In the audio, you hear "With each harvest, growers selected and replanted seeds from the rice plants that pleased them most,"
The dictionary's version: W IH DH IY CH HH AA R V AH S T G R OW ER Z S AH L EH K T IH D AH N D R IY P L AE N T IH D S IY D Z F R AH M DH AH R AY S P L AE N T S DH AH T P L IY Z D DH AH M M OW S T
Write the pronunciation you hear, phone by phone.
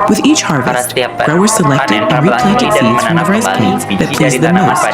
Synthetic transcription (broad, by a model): W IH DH IY CH HH AA R V AH S T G R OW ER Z S AH L EH K T IH D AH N R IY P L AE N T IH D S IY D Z F R AH M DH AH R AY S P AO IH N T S DH AH T P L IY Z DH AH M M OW S T